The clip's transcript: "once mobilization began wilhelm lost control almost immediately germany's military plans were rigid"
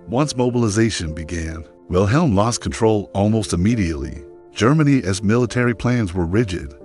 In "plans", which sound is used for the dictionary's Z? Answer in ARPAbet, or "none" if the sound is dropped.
Z